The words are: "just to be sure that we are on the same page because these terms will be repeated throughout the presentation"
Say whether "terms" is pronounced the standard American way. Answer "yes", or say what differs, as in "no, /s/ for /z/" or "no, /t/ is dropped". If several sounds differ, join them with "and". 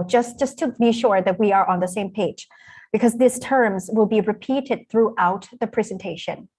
yes